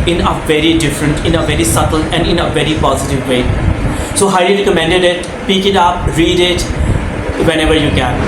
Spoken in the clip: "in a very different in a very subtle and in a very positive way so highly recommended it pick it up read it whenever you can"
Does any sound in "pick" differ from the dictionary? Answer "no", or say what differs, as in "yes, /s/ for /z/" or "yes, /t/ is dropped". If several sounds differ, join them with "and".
no